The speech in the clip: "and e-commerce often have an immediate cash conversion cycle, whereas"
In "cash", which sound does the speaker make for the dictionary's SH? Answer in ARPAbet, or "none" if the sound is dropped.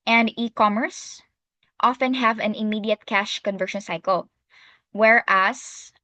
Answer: SH